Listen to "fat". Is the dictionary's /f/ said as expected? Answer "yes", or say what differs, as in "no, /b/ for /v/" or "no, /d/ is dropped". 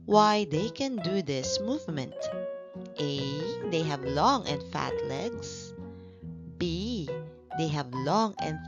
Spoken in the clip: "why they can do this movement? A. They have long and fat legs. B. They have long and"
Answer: yes